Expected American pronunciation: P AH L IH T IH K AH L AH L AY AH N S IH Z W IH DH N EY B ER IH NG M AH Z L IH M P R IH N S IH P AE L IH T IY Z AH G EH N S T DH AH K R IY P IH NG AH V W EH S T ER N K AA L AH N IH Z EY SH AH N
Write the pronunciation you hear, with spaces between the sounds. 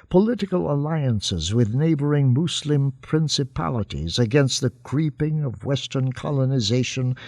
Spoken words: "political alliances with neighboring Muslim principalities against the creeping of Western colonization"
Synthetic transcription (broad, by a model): P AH L IH T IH K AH L AH L AY AH N S IH Z W IH DH N EY B ER IH NG M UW S L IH M P R IH N S IH P AE L IH T IY Z AH G EH N S T DH AH K R IY P IH NG AH V W EH S T ER N K AA L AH N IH Z EY SH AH N